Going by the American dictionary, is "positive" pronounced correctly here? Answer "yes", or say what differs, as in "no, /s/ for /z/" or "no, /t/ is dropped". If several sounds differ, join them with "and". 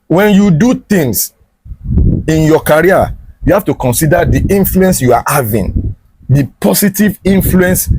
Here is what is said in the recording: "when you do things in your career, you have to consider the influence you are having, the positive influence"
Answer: no, /s/ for /z/